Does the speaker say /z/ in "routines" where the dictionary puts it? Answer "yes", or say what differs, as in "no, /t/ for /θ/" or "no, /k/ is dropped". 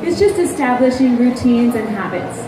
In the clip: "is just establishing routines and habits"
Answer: yes